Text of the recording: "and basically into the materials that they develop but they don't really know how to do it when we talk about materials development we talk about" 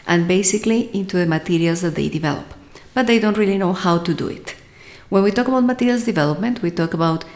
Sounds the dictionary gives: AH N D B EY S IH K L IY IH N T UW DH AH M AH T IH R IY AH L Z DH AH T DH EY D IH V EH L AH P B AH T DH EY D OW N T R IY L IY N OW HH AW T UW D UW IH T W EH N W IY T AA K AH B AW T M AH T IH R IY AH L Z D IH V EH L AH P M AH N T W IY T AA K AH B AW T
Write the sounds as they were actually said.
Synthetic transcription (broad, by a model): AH N B EY S IH K L IY IH N T UW DH AH M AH T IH R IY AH L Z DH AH T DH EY D IH V EH L AH P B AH T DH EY D OW N T R IY L IY N OW HH AW T UW D UW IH T W EH N W IY T AA K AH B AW T M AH T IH R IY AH L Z D IH V EH L AH P M AH N T W IY T AA K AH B AW T